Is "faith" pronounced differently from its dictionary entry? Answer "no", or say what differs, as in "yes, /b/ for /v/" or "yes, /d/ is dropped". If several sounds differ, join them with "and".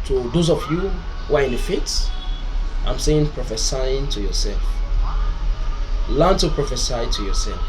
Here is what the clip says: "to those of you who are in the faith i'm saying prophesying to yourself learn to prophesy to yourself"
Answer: yes, /s/ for /θ/